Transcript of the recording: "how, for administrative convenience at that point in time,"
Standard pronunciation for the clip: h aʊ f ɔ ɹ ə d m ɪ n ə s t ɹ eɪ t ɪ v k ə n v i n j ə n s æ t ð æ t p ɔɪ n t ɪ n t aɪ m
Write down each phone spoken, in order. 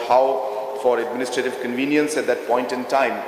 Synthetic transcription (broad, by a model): h aʊ f ɔ ɹ ə d m ɪ n ə s t ɹ eɪ t ɪ v k ə n v i n j ə n s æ t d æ t p ɔɪ n t ɪ n t aɪ m